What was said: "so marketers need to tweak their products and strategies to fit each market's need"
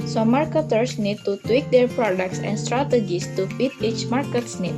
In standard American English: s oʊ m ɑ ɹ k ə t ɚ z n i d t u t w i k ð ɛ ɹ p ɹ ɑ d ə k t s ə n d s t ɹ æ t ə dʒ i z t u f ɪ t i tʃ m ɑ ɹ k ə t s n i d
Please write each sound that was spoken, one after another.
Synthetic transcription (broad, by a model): s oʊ m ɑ ɹ k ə t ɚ s n i d t u t w i k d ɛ ɹ p ɹ ɑ d ə k t s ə n s t ɹ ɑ t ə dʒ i s t u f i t i tʃ m ɑ ɹ k ə t s n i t